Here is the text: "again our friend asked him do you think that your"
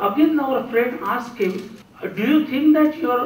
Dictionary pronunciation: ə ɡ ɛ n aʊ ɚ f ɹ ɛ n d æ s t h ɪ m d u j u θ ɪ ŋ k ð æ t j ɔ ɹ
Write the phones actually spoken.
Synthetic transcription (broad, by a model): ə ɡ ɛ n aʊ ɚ f ɹ ɛ n d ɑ s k h ɪ m d u j u t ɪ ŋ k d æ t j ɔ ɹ